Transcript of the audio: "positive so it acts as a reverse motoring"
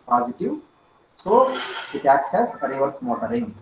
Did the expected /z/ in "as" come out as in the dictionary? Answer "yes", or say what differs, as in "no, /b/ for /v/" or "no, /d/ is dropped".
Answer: no, /s/ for /z/